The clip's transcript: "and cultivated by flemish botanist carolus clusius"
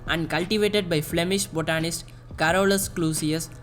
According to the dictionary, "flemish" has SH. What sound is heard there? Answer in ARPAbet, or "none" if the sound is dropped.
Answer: SH